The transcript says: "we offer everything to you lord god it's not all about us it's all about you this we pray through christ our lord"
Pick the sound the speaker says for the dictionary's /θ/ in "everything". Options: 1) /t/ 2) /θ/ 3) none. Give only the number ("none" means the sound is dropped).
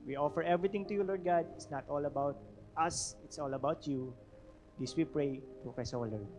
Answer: 1